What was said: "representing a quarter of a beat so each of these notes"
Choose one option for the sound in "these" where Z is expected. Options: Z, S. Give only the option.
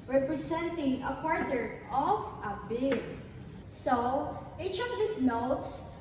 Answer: S